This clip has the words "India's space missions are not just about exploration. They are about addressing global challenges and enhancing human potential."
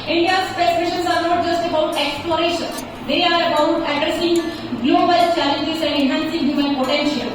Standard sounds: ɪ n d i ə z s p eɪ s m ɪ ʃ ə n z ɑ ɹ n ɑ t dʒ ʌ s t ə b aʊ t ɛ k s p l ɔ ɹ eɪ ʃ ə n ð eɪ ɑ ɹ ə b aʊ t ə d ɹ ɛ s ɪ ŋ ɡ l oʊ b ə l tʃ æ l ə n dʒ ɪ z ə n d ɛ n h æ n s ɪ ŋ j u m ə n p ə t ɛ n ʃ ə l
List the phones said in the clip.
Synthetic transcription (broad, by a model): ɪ n d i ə s p eɪ s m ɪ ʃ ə n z ɑ ɹ n ɑ t dʒ ʌ s t ə b aʊ t ɛ k s p l ɔ ɹ eɪ ʃ ə n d eɪ ɑ ɹ ə b aʊ t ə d ɹ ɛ s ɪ ŋ ɡ l oʊ b ə l tʃ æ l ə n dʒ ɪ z ə n d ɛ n h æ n s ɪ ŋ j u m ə l p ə t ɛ n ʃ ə l